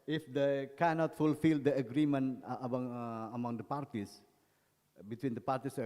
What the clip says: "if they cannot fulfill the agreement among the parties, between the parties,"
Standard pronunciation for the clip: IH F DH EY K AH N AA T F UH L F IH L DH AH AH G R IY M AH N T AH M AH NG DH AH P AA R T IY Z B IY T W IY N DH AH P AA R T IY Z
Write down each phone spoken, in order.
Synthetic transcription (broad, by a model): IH F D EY K AH N AA T F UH L F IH L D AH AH G R IY M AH N AH M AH NG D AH P AA R T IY S B IY T W IY N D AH P AA R T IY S